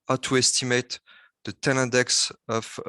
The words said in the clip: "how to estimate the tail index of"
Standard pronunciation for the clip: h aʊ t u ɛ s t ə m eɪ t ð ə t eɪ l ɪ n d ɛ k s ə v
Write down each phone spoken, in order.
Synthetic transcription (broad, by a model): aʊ t u ɛ s t ə m eɪ t ð ə t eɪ n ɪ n d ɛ k s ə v